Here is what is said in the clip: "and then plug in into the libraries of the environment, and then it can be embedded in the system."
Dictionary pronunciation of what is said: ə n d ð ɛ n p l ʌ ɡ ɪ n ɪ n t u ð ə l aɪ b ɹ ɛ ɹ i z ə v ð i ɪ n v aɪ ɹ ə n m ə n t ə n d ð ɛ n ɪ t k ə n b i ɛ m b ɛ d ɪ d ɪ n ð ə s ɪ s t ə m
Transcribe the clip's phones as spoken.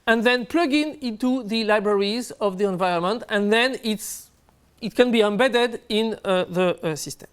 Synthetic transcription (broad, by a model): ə n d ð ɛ n p l ʌ ɡ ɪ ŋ ɪ n t u ð ə l aɪ b ɹ ɛ ɹ i z ə v ð i ɪ n v aɪ ɹ ə n m ə n t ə n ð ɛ n ɪ t k ə n b i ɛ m b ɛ d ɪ d ɪ n ð ə s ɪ s t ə m